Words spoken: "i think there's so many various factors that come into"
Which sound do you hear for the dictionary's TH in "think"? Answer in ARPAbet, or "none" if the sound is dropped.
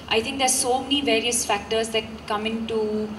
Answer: T